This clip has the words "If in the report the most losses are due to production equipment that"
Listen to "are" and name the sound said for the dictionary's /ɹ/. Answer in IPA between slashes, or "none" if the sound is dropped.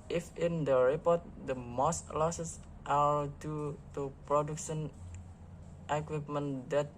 /l/